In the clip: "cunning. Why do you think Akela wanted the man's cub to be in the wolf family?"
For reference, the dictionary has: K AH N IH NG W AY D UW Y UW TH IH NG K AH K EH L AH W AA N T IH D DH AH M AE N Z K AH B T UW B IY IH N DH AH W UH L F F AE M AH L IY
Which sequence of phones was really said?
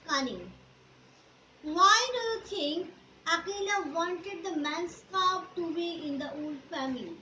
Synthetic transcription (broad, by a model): K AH N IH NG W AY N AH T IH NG AH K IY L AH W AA N T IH D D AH M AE N S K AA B T UW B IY IH N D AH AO L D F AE M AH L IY